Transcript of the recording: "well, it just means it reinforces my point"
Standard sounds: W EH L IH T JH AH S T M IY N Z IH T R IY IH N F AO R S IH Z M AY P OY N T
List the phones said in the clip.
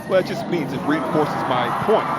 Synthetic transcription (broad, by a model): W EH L IH T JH AH S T M IY N Z IH T R IY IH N F AO R S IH Z M AY P OY N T